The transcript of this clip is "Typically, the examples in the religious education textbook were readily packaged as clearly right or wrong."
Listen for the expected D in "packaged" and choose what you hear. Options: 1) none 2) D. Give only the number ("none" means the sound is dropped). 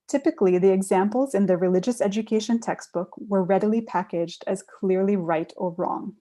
2